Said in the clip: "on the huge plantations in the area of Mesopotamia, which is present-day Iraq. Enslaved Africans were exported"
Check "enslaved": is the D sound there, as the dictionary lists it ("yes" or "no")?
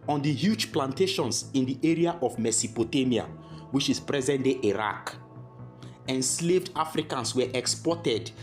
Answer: yes